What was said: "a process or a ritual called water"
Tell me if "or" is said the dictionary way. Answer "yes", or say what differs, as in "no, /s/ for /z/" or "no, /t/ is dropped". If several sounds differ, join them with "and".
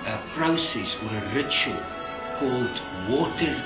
yes